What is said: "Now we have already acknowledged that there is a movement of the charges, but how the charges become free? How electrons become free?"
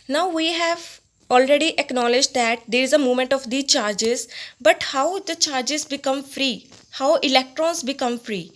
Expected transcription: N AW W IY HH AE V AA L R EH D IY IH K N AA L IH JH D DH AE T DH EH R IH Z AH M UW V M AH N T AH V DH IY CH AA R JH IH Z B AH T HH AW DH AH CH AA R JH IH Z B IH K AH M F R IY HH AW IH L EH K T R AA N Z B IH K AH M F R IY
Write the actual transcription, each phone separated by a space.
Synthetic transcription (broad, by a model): N AW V IY HH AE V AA L R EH D IY IH K N AA L IH JH D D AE T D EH R IH Z AH M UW M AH N T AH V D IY CH AA R JH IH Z B AH T HH AW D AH CH AA R JH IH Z B IH K AH M F R IY HH AW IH L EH K T R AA N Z B IH K AH M F R IY